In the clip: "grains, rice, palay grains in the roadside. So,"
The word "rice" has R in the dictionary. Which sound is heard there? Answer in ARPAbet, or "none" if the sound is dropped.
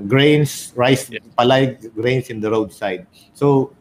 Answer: R